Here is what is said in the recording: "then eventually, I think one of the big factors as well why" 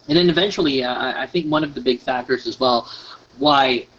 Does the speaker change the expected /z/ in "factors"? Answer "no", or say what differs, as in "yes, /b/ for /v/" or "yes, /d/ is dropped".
no